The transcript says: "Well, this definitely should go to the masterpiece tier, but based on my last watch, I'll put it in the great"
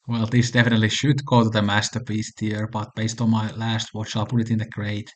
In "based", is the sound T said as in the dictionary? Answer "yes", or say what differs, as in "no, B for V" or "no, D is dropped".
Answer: yes